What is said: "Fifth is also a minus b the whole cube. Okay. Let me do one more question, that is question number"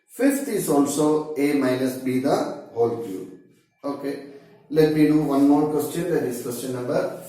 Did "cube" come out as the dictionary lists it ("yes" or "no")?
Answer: no